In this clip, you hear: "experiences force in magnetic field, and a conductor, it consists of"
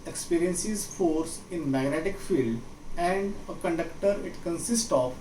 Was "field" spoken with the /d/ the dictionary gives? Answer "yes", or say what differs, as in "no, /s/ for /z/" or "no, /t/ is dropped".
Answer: yes